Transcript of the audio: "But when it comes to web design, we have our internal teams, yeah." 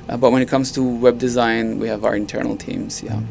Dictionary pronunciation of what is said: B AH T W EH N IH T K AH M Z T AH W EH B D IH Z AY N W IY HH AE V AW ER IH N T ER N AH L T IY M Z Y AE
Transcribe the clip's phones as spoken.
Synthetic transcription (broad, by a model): B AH T W EH N IH T K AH M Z T AH W EH B D IH Z AY N W IY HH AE V AW ER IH N T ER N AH L T IY M Z Y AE